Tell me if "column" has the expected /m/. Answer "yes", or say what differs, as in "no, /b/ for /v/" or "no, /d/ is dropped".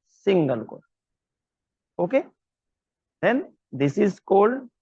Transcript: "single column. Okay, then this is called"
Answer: no, /m/ is dropped